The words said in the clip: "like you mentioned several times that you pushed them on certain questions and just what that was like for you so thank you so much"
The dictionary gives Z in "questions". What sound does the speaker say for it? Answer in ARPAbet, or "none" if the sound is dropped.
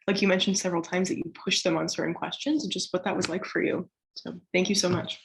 Z